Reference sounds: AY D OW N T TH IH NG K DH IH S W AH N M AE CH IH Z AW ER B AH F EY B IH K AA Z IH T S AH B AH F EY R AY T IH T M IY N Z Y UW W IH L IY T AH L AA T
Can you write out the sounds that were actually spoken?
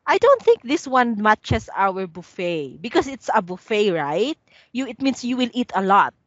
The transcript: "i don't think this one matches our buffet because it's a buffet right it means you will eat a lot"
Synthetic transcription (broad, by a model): AY D OW N T TH IH NG K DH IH S W AH N M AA CH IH S AW ER B AH F EY B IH K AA S IH T S AH B AH F EY R AY T IH T M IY N S Y UW W IH L IY T AH L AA T